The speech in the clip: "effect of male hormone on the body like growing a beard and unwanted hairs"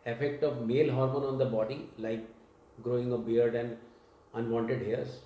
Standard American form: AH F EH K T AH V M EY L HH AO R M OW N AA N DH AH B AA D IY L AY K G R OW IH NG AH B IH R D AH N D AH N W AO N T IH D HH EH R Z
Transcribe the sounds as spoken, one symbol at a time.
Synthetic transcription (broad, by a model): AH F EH K T AH V M EY L HH AO R M OW N AA N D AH B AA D IY L AY K G R OW IH NG AH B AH R D AH N D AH N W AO N T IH D HH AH R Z